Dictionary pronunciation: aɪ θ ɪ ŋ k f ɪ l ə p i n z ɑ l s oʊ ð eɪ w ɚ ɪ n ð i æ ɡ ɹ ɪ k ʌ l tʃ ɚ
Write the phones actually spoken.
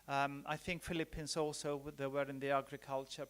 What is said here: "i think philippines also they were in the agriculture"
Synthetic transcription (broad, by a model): aɪ θ ɪ ŋ k f ɪ l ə p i n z ɑ l s oʊ ð eɪ w ɚ ɪ n ð i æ ɡ ɹ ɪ k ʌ l tʃ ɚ